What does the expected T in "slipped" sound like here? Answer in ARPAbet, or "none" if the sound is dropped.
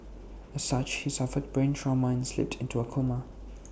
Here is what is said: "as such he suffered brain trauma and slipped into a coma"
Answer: T